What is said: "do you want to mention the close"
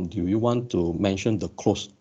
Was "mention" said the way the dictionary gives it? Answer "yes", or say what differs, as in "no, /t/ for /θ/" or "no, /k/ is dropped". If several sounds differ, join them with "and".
yes